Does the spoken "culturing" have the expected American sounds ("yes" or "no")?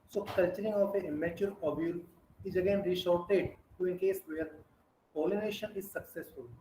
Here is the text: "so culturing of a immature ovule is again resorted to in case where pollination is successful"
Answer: yes